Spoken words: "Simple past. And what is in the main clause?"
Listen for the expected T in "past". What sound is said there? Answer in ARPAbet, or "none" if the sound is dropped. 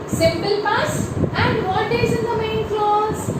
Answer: none